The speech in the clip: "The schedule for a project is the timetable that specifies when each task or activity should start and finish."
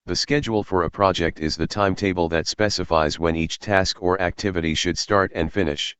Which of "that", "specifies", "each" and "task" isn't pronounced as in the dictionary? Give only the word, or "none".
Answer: none